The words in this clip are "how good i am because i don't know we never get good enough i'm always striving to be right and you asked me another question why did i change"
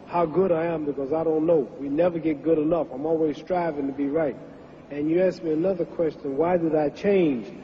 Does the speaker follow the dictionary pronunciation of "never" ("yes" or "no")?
yes